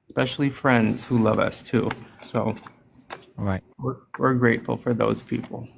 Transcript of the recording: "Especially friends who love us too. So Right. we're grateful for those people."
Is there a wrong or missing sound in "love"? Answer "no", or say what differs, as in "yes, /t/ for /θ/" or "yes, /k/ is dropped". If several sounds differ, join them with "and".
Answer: no